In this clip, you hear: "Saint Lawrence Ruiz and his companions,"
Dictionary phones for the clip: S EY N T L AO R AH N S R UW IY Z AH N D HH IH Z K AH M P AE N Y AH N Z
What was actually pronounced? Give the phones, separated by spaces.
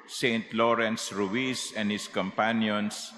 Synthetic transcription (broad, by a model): S EY N T L AO R AH N S R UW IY S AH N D HH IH S K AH M P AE N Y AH N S